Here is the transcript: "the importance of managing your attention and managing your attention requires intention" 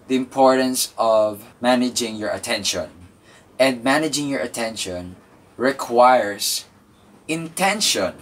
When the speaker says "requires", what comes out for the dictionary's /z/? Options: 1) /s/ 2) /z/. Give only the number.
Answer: 1